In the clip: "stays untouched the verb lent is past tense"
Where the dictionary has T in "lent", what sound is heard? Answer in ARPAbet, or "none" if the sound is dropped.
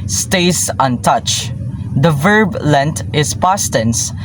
T